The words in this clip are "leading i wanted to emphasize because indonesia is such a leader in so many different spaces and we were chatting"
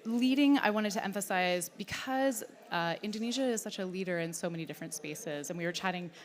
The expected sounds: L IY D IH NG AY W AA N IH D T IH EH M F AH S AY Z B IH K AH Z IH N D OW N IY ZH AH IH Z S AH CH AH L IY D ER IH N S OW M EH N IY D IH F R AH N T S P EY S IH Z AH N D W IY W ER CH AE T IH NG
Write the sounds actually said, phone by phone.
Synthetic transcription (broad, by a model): L IY D IH NG AY W AA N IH D T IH EH M F AH S AY Z B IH K AH Z IH N D OW N IY ZH AH IH Z S AH CH AH L IY D ER IH N S OW M EH N IY D IH F R AH N T S P EY S IH Z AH N W IY W ER CH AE T IH NG